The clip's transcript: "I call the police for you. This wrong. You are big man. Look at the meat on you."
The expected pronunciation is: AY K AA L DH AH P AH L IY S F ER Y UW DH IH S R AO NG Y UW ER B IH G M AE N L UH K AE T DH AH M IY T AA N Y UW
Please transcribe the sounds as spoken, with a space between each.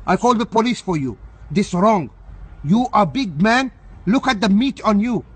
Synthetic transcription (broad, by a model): AY K AA L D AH P AH L IY S F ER Y UW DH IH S R AO NG Y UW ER B IH G M AE N L UH K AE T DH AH M IY T AA N Y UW